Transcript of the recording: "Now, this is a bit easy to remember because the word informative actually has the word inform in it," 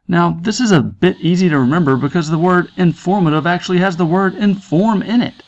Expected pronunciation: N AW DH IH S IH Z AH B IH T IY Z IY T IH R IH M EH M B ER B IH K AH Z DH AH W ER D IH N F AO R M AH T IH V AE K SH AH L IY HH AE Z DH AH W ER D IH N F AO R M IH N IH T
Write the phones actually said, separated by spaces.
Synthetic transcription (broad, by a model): N AW DH IH S IH Z AH B IH T IY Z IY T IH R IH M EH M B ER B IH K AH Z DH AH W ER D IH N F AO R M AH T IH V AE K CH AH L IY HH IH Z DH AH W ER D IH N F AO R M IH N IH T